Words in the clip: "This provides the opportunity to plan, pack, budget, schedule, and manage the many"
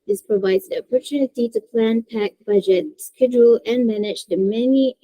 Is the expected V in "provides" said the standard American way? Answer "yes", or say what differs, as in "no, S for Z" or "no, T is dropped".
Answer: yes